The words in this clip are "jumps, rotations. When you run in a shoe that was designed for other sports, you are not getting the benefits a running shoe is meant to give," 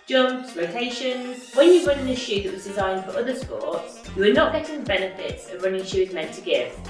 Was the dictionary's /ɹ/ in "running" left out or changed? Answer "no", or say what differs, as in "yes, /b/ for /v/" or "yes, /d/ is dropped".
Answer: no